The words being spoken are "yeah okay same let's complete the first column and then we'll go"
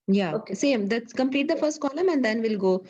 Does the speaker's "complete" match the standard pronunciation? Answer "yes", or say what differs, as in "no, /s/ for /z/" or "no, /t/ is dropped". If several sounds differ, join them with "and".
yes